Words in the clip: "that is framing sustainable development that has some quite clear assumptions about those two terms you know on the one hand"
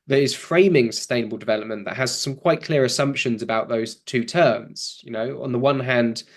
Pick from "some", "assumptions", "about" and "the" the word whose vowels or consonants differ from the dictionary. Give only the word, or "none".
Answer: none